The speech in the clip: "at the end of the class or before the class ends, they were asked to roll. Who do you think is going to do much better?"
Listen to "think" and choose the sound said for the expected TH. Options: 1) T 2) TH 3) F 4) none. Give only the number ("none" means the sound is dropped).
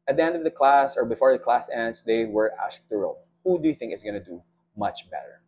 2